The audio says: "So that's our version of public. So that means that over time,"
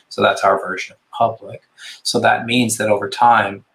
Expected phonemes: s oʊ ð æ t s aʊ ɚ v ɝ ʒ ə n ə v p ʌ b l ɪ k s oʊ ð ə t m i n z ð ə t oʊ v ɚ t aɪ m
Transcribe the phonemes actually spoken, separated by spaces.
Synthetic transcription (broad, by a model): s oʊ ð æ t s aʊ ɚ v ɝ ʒ ə n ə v p ʌ b l ɪ k s oʊ ð ə t m i n z ð ə t oʊ v ɚ t aɪ m